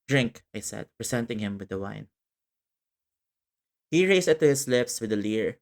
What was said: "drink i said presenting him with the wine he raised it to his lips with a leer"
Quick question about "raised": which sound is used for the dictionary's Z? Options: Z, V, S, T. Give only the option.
S